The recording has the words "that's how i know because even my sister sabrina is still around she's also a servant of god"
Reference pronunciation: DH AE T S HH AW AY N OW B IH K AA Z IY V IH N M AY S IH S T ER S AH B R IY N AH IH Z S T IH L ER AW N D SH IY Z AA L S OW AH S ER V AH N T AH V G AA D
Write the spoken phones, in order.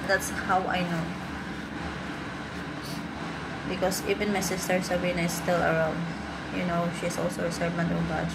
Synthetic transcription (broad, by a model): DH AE T S HH AW AY N OW B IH K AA S IY V IH N M AY S IH S T ER S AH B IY N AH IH S T IH L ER AW N D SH IY S AA L S OW AH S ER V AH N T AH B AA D